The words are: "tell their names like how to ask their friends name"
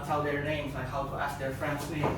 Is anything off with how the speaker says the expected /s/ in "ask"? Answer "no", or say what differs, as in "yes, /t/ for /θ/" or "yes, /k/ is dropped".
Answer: no